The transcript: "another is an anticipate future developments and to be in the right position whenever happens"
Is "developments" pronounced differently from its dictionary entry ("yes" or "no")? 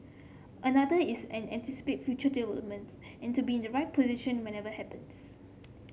yes